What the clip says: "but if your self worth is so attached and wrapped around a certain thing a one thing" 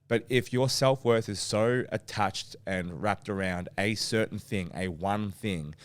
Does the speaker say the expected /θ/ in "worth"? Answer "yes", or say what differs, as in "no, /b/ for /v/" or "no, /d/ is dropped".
yes